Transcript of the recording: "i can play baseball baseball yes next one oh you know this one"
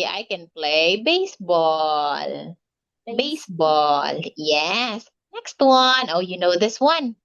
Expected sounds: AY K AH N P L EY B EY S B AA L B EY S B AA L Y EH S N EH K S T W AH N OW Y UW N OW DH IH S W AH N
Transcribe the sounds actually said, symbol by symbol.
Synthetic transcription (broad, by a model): AY K AH N P L EY B EY S B AA L B EY S B AA L Y EH S N EH K S T W AH N OW Y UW N OW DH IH S W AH N